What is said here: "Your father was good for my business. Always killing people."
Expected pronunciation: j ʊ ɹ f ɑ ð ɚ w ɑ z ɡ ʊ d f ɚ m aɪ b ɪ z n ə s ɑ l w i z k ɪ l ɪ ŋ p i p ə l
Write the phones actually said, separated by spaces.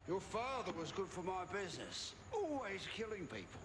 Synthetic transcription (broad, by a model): j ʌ ɹ f ɑ ð ɚ w ɑ z ɡ ʊ d f ɚ m aɪ b ɪ z n ə s ɑ l w i z k ɪ l ɪ ŋ p i p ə l